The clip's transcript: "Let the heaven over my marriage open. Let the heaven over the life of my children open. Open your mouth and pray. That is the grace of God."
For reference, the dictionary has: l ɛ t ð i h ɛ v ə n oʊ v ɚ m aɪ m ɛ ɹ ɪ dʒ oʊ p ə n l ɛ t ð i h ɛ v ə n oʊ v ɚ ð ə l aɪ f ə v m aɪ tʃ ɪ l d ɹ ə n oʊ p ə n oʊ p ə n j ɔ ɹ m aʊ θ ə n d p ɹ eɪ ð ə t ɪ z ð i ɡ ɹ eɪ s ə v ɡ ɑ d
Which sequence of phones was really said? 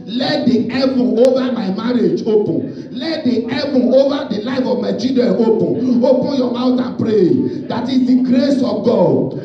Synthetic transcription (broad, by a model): l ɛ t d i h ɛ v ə oʊ v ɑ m aɪ m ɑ ɹ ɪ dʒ oʊ p ə n l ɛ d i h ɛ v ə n oʊ v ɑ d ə l aɪ f ə v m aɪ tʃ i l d ə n oʊ p ə n oʊ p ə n j ɔ m aʊ t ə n p ɹ eɪ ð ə t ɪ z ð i ɡ ɹ eɪ s ə v ɡ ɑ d